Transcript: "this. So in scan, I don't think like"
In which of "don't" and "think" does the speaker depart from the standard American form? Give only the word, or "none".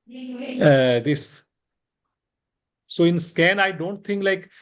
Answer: think